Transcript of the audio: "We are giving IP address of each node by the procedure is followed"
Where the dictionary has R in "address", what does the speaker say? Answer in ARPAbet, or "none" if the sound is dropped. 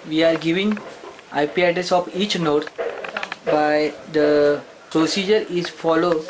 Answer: none